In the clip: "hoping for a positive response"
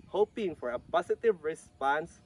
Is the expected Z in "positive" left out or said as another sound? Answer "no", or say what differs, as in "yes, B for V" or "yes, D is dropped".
yes, S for Z